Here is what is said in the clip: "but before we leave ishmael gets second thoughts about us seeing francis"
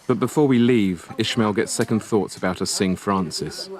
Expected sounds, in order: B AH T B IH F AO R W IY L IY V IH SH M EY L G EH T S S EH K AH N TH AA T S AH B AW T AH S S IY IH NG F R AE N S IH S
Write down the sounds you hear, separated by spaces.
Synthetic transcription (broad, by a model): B AH T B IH F AO W IY L IY V IH SH M EY L G EH T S S EH K AH N TH AA T S AH B AW T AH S S IH NG F R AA N S IH S